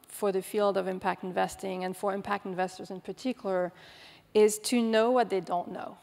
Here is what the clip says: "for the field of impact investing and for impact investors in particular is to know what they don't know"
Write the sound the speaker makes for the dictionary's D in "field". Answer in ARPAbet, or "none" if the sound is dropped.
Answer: D